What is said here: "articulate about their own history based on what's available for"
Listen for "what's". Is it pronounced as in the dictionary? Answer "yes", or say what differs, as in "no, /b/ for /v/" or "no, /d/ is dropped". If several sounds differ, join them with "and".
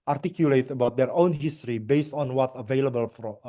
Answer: no, /s/ is dropped